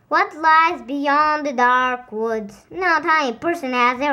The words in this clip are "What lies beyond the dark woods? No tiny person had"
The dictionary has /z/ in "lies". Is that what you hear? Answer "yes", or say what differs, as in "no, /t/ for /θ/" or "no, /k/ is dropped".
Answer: yes